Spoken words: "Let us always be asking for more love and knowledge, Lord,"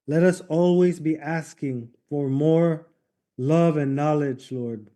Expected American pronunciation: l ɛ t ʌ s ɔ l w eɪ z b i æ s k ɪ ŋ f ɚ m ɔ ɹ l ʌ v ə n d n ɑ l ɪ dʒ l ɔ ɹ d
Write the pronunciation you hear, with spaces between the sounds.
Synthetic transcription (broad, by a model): l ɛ t ʌ s ɔ l w eɪ z b i æ s k ɪ ŋ f ɚ m ɔ ɹ l ʌ v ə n n ɑ l ɪ dʒ l ɔ ɹ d